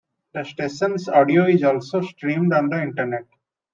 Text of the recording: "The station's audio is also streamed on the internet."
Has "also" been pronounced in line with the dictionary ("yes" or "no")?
yes